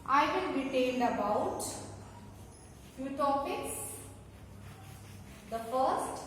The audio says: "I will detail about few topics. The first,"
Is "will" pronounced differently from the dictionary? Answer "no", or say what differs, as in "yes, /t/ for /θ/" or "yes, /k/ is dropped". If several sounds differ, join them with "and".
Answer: yes, /n/ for /l/